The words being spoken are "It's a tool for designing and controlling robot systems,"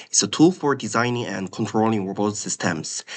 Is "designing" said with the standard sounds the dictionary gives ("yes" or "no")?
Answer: yes